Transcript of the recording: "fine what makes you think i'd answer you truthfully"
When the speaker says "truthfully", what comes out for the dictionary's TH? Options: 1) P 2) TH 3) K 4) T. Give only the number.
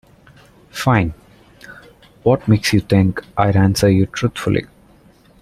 4